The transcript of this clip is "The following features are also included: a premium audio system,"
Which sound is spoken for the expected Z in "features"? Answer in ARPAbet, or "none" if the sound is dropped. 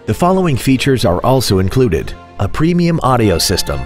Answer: Z